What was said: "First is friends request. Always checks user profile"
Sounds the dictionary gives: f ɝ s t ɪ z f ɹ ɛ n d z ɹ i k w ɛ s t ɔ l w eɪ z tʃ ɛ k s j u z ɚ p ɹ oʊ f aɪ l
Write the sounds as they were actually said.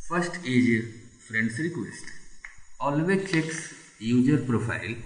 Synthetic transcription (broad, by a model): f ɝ s t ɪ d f ɹ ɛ n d s ɹ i k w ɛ s t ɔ l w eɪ tʃ ɛ k s j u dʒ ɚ p ɹ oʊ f aɪ l